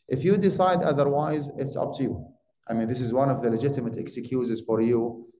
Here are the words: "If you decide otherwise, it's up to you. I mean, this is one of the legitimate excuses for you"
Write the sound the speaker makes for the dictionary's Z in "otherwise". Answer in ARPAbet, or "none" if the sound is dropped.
Z